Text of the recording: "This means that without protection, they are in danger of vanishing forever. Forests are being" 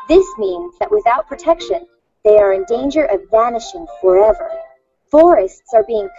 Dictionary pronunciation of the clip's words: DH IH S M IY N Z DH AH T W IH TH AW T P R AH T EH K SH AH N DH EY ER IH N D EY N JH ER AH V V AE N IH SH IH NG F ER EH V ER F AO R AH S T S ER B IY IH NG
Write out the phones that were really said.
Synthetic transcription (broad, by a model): DH IH S M IY N Z DH AH T W IH TH AW T P R AH T EH K SH AH N DH EY ER IH N D EY N JH ER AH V V AE N IH SH IH NG F ER EH V ER F AO R AH S T S ER B IY IH NG